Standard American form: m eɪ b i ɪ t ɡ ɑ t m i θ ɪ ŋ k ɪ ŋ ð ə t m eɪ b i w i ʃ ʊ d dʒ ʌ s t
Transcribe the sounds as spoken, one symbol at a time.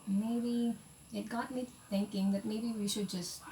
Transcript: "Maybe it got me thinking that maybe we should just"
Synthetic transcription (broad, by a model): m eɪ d i ɪ t ɡ ɑ t m i t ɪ ŋ k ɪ ŋ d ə t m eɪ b i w i ʃ ʊ d dʒ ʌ s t